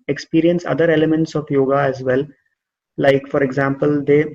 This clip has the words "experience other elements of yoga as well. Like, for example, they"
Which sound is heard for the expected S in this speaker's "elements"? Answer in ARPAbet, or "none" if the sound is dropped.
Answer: S